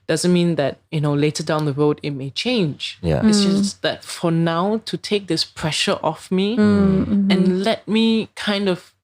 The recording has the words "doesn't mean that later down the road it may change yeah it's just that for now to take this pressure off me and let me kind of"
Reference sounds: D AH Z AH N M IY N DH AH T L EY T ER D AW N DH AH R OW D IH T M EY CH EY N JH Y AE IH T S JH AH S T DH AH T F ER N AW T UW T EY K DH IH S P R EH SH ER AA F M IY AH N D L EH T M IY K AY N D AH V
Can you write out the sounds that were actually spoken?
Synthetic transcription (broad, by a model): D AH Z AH N M IY N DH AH T L EY T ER D AW N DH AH R OW D IH T M EY CH EY N JH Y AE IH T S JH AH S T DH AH T F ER N AW T UW T EY K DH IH S P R EH SH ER AA F M IY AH N L EH T M IY K AY N D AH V